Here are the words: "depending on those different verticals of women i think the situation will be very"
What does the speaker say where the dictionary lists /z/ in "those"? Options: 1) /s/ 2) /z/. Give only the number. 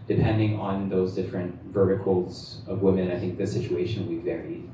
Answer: 2